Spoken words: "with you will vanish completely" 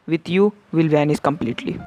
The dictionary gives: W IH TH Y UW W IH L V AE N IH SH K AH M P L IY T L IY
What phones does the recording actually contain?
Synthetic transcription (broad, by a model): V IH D Y UW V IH L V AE N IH S K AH M P L IY T L IY